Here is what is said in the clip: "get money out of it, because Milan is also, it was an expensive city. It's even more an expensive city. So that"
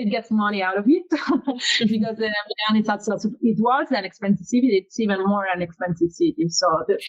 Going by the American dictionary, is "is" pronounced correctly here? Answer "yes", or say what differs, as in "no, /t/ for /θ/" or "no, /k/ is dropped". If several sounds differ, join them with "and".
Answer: no, /s/ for /z/